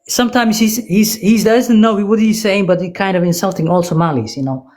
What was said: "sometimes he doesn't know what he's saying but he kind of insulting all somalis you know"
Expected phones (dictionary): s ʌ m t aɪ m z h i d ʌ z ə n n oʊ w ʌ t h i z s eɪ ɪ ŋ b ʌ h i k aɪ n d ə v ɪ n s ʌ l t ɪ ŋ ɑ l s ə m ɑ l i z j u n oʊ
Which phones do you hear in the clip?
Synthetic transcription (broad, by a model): s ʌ m t aɪ m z h i d ʌ z ə n n oʊ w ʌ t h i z s eɪ ɪ ŋ b ʌ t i k aɪ n d ə v ɪ n s ʌ l t ɪ ŋ ɑ l s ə m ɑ l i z j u n oʊ